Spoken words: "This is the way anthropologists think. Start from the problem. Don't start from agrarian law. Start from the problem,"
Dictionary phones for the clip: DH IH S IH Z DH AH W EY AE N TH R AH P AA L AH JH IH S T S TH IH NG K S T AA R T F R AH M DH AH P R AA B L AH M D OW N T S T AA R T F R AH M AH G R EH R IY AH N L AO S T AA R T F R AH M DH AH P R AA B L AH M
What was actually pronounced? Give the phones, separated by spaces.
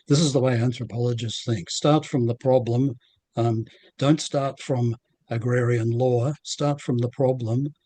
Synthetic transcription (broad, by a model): DH IH S IH Z DH AH W EY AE N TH R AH P AA L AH JH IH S S TH IH NG K S T AA R T F R AH M DH AH P R AA B L AH M D OW N T S T AA R T F R AH M AH G R EH R IY AH N L AO S T AA R T F R AH M DH AH P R AA B L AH M